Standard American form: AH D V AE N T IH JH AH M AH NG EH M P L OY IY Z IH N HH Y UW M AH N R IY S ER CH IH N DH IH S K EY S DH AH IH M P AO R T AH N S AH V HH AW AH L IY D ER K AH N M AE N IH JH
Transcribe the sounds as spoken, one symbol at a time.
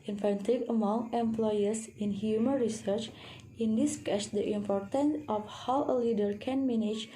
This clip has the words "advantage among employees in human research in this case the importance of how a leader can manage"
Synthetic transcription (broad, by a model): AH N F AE N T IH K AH M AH NG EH M P L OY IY S IH N HH Y UW M AH N R IY S ER CH IH N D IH S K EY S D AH IH M P AO R T AH N S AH F HH AW AH L IY D ER K AH N M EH N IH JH